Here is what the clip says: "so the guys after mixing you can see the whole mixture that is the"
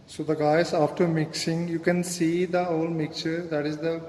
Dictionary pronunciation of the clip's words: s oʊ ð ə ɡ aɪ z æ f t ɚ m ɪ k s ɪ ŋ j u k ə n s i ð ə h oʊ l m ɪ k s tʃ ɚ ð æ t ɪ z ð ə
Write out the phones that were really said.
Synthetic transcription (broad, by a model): s oʊ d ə ɡ aɪ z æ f t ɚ m ɪ k s ɪ ŋ j u k ə n s i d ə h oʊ l m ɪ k tʃ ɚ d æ t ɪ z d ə